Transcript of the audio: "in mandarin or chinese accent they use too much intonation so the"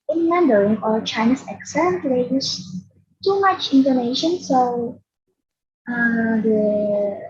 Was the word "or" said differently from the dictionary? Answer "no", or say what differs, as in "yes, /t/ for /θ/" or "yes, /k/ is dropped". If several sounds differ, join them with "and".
yes, /l/ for /ɹ/